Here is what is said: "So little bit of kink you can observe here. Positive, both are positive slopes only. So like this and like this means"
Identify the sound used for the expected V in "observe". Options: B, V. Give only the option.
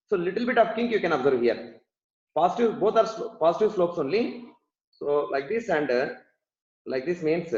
V